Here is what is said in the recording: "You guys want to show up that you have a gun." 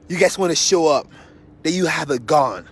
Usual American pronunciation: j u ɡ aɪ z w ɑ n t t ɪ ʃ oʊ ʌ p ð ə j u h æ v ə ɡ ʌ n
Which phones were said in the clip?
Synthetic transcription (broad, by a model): j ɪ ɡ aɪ s w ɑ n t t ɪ ʃ oʊ ʌ p ð ə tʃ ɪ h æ v ə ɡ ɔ n